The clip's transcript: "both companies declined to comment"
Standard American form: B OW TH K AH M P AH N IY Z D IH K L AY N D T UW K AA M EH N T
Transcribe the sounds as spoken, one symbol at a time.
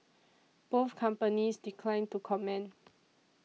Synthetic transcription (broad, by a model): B OW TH K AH M P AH N IY S D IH K L AY N T UW K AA M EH N